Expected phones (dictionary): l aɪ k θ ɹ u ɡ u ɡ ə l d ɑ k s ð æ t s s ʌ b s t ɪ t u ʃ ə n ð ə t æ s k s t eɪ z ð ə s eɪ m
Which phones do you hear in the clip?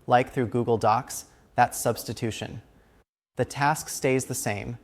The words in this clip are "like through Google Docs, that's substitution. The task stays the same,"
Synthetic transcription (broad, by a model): l aɪ k θ ɹ u ɡ u ɡ l d ɑ k s ð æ t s s ʌ b s t ɪ t u ʃ ə n ð ə t æ s k s t eɪ z ð ə s eɪ m